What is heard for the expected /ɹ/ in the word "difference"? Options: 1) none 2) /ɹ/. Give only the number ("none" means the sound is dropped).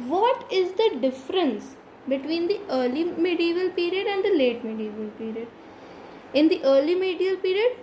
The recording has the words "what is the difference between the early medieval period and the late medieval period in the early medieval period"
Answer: 2